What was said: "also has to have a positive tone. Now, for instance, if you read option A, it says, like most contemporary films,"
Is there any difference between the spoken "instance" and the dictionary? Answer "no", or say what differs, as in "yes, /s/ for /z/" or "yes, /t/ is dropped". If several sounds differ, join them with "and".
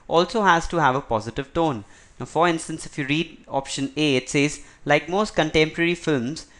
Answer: no